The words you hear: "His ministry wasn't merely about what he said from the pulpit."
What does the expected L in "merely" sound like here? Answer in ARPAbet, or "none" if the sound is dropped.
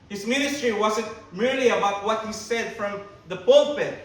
L